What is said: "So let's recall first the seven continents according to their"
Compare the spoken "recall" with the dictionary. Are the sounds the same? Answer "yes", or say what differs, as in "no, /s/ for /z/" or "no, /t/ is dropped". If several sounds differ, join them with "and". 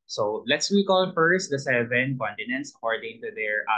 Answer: no, /w/ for /ɹ/